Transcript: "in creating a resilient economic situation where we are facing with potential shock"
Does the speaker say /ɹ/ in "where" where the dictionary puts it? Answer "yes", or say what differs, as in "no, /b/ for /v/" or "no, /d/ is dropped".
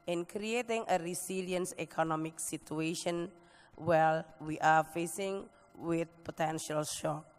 no, /l/ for /ɹ/